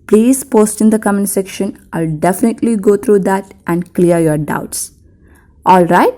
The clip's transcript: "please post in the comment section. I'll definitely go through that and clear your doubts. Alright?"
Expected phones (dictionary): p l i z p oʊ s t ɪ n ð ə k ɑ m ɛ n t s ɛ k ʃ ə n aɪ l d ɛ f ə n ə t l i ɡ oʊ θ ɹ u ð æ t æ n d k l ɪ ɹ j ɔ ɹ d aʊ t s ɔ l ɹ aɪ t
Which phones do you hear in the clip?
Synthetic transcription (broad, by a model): p l i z p oʊ s t ɪ n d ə k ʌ m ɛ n s ɛ k ʃ ə n aɪ l d ɛ f ə n ə t l i ɡ oʊ t ɹ u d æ t æ n d k l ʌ ɹ j ɔ ɹ d aʊ t s ɔ l ɹ aɪ t